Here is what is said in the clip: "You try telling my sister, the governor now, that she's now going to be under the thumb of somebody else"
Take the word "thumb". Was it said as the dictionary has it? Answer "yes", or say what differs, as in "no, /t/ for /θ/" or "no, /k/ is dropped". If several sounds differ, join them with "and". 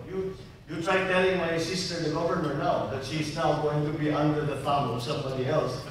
no, /f/ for /θ/